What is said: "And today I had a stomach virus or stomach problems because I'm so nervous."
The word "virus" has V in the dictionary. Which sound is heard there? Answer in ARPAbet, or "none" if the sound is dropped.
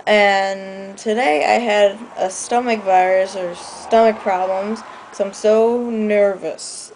V